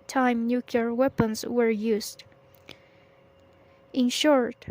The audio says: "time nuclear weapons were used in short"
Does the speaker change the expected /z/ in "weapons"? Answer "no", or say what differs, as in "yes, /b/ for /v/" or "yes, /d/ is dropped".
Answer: yes, /s/ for /z/